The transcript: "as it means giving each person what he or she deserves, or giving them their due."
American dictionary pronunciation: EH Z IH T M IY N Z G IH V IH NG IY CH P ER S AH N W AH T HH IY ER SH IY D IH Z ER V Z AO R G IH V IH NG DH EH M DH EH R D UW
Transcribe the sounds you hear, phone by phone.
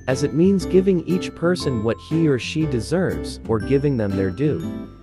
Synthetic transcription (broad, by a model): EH Z IH T M IY N Z G IH V IH NG IY CH P ER S AH N W AH T HH IY ER SH IY D IH Z ER V Z AO R G IH V IH NG DH EH M DH EH R D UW